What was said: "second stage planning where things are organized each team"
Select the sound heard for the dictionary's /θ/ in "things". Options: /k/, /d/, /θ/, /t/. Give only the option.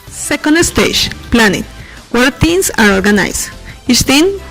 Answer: /t/